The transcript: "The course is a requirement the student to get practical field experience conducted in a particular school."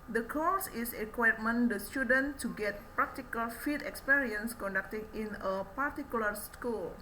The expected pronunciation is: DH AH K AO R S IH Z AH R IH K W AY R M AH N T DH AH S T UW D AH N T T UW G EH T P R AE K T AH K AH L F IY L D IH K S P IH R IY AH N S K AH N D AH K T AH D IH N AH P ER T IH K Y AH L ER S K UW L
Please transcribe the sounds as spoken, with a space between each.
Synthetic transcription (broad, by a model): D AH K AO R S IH AH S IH K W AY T M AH N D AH S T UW D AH N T T UW G EH T P R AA K T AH K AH L F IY D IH K S P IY R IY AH N S K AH N D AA K T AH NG IH N AH P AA T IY K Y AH L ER S K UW L